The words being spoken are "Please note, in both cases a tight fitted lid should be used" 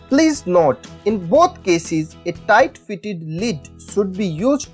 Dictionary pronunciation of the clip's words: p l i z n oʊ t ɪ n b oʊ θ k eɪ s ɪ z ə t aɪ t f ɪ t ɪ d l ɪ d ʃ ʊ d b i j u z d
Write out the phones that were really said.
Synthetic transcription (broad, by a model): p l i z n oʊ t ɪ n b oʊ t k eɪ s ɪ z ə t aɪ t f ɪ t ɪ d l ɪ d ʃ ʊ d b i j u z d